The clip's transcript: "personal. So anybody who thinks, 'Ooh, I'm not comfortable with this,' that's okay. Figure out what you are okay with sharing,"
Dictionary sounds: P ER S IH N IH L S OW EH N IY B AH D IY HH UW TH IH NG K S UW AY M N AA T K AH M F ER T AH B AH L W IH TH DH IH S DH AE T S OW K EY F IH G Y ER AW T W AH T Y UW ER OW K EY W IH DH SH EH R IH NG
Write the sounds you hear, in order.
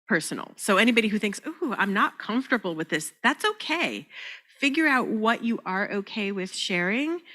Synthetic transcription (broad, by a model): P ER S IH N L S OW EH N IY B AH D IY HH UW TH IH NG K S UW AY M N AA T K AH M F T AH B L W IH DH IH S DH AE T S OW K EY F IH G Y ER AW T W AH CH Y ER OW K EY W IH DH SH EH R IH NG